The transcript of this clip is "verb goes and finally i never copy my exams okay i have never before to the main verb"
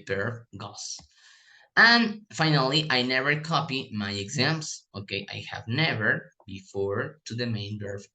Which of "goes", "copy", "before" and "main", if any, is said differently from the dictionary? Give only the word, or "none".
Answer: goes